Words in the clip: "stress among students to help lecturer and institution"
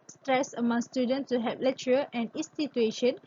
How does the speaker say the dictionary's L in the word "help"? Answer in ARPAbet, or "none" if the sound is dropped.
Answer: none